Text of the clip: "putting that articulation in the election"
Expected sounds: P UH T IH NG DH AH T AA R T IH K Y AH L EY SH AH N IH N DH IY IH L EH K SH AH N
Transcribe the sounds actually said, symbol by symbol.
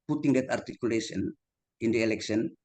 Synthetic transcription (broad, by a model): P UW T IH NG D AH T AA R T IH K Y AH L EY S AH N IH N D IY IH L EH K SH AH N